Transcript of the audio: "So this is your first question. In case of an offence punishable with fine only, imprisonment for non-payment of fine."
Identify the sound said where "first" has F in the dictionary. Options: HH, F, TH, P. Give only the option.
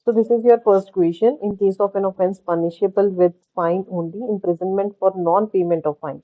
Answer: P